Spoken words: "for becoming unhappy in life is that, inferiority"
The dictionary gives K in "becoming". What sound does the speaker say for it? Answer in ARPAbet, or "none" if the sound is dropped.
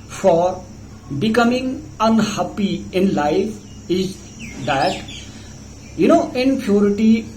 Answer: K